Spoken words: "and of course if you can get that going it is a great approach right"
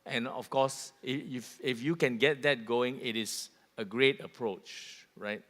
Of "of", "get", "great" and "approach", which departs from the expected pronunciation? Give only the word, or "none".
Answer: of